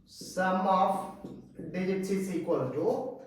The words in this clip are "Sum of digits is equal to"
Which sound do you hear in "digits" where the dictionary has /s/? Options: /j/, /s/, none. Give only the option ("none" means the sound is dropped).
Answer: none